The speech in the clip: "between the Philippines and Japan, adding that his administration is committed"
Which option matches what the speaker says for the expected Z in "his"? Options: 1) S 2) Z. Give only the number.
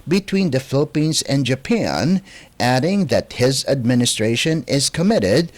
2